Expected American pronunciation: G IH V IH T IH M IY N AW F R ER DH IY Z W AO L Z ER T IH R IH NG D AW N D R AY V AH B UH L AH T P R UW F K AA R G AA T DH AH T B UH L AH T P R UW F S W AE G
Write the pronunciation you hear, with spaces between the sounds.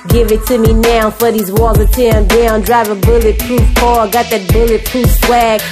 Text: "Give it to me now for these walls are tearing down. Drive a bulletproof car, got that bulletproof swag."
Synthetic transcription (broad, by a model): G IH V IH T IH M IY N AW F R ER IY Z W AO Z ER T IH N D AW N D R AY V AH B UH L AH T P R UW F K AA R G AA T DH AH T B UH L AH T P R UW F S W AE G